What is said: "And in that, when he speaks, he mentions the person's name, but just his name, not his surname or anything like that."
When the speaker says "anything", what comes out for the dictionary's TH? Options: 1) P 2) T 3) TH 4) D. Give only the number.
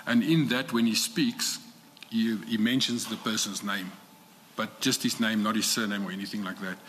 3